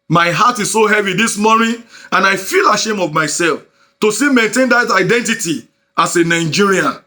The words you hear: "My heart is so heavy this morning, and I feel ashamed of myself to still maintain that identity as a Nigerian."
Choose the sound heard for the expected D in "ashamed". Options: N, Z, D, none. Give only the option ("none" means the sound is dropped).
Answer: none